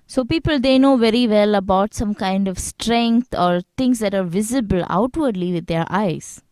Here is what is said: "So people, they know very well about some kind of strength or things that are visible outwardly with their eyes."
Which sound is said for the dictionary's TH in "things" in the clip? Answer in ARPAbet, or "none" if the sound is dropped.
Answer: T